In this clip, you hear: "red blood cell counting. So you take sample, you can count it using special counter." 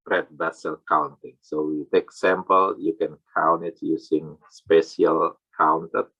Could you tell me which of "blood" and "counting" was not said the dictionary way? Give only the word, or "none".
blood